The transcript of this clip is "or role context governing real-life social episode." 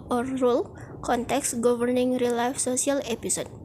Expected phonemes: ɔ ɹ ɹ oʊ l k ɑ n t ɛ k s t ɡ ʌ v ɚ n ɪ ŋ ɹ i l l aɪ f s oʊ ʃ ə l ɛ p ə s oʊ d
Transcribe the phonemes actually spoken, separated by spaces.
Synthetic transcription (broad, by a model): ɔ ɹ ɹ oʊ l k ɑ n t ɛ k s ɡ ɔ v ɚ n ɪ ŋ ɹ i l l aɪ f s oʊ s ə l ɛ p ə s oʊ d